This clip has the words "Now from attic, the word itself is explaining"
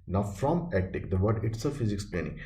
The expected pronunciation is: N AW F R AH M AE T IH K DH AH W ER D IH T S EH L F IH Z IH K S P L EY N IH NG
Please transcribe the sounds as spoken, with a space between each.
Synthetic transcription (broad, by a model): N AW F R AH M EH T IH K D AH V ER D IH T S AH F IH Z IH K S P L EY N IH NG